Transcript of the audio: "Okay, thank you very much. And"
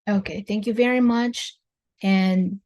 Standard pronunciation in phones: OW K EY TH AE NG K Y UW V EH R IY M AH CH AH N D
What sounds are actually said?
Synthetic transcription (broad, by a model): OW K EY TH AE NG K Y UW V EH R IY M AH CH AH N